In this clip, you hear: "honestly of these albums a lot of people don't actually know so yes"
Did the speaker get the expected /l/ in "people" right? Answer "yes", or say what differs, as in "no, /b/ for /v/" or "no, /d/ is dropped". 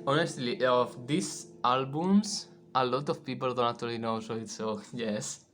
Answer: yes